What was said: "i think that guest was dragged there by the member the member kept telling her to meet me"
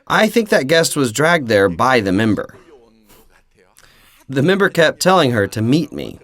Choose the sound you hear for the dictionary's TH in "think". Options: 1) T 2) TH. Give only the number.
2